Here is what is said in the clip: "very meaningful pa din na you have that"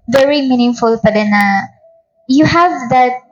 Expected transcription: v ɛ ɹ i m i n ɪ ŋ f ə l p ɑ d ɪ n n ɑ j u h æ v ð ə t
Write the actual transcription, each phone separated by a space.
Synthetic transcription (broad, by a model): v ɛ ɹ i m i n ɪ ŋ f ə l b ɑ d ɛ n n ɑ j u h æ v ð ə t